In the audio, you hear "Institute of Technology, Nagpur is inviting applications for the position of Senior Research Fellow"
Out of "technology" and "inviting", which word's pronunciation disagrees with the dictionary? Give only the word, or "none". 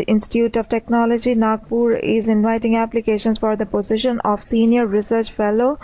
none